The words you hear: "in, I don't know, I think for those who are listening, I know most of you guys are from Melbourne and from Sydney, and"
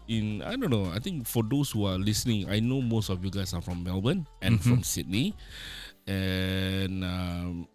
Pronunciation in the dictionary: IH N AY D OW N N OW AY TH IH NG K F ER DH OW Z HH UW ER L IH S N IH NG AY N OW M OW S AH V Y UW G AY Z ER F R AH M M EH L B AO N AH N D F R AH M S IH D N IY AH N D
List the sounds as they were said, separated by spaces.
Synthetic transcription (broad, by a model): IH N AY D OW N N OW AY T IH NG K F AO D OW S HH UW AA L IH S N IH NG AY N OW M OW S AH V Y UW G AY S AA F R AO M M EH L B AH N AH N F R R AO M S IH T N IY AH N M